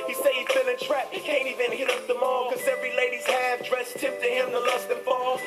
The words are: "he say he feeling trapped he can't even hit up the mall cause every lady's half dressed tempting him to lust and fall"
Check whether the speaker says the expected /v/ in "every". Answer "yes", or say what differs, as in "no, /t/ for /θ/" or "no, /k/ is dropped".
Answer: yes